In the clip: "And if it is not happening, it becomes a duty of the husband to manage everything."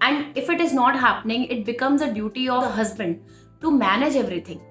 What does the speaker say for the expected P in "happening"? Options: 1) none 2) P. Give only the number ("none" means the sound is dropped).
2